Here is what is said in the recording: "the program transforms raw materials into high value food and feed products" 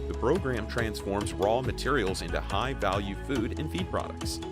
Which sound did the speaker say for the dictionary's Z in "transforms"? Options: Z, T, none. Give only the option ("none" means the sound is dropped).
Z